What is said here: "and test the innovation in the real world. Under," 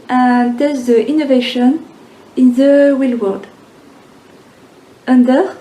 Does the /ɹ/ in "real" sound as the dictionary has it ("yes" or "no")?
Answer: no